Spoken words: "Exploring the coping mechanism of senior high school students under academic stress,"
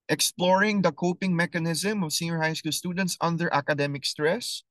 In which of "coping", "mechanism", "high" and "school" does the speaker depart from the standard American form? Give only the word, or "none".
none